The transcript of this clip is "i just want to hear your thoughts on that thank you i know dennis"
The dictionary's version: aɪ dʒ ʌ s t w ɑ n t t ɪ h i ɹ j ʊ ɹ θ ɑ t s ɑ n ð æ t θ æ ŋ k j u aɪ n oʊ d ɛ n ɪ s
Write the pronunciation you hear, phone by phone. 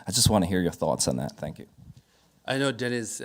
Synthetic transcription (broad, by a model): aɪ dʒ ʌ s t w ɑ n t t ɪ h i ɹ j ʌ ɹ θ ɑ t s n ð æ t θ æ ŋ k j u aɪ n oʊ d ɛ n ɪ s